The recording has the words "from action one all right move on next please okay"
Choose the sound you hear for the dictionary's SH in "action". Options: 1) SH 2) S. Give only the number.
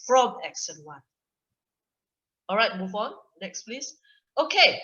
2